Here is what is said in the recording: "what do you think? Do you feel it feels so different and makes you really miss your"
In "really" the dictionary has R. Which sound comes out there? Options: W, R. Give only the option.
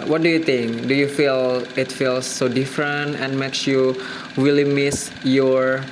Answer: W